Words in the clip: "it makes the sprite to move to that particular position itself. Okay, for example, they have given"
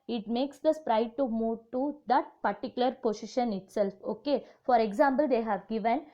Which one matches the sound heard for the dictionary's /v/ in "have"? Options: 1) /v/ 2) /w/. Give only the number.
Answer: 1